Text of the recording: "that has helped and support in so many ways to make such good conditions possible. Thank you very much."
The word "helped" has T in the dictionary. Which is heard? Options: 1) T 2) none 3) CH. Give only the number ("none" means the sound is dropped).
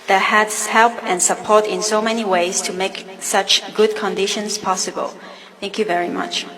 2